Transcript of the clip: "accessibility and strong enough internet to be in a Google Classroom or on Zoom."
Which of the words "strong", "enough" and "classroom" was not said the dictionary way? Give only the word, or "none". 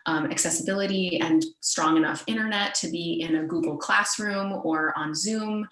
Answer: none